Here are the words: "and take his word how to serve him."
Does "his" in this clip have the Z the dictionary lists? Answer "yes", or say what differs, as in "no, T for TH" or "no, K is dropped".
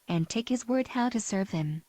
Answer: yes